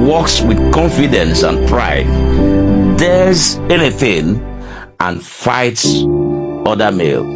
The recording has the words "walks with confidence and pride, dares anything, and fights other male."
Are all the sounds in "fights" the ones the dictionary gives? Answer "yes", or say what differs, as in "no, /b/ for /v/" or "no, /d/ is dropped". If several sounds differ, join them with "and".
yes